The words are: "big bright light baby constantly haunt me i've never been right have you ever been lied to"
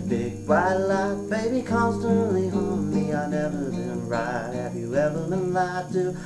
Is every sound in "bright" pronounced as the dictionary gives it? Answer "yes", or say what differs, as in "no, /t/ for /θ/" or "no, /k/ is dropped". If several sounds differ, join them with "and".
no, /ɹ/ is dropped